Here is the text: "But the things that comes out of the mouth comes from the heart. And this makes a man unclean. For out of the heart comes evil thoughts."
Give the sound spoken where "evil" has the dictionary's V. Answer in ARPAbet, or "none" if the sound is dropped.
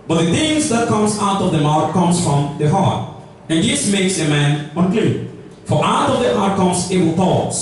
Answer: W